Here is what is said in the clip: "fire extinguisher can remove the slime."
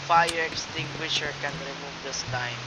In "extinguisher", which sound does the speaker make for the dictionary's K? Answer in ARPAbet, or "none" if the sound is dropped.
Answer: K